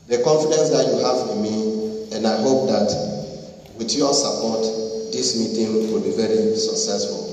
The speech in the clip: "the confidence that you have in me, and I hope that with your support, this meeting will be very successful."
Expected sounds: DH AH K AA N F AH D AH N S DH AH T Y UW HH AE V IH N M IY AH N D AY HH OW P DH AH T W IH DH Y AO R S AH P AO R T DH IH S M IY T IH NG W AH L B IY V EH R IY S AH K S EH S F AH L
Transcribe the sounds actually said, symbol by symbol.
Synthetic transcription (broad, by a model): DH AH K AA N F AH D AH N S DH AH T Y UW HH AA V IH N M IY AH N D AY HH OW P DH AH T W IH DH Y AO S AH P AO T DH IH S M IY T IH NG W AH L B IY V EH R IY S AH K S EH S F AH L